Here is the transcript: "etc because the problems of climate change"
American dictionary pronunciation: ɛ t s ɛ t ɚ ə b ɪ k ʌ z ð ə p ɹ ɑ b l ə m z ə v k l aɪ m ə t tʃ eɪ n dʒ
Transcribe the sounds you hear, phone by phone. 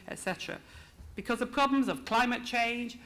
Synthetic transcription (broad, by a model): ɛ t s ɛ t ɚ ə b ɪ k ʌ z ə p ɹ ɑ b l ə m z ə v k l aɪ m ə t tʃ eɪ n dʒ